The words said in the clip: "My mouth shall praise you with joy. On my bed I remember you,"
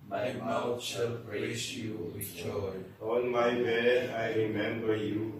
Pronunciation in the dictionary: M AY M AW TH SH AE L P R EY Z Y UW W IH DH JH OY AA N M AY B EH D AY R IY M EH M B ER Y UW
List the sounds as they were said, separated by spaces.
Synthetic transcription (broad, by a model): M AY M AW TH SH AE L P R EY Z Y UW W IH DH JH OY AA N M AY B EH AY R IY M EH M B ER Y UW